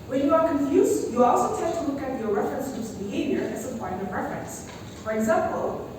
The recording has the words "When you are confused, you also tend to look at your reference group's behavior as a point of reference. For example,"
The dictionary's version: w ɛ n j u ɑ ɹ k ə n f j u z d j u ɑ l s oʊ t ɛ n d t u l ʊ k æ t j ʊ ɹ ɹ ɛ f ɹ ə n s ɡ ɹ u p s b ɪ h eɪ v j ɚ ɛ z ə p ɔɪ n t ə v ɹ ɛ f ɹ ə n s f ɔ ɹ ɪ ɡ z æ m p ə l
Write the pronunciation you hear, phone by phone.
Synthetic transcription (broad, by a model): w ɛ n j u ɑ ɹ k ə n f j u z j u ɑ l s oʊ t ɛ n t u l ʊ k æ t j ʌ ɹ ɹ ɛ f ɹ ə n s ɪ s b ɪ h eɪ v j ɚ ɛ s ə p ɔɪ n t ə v ɹ ɛ f ɹ ə n s f ɔ ɹ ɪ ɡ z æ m p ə l